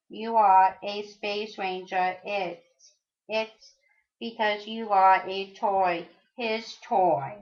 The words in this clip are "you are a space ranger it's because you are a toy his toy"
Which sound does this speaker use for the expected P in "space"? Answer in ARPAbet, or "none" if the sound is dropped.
P